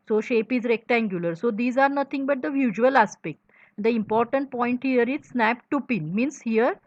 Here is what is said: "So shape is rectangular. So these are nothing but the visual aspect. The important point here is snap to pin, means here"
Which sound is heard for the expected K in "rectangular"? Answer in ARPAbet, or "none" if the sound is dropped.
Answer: K